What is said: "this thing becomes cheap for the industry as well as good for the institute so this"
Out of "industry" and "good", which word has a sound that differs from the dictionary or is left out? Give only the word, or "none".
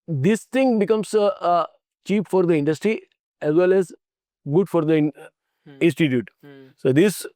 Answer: none